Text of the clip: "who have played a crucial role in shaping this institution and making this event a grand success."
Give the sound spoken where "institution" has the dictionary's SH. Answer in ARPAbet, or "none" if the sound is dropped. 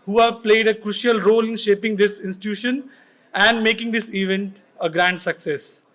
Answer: SH